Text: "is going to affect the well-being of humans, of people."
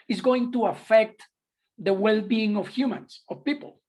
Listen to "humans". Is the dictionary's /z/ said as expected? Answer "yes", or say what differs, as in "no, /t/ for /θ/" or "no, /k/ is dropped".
no, /s/ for /z/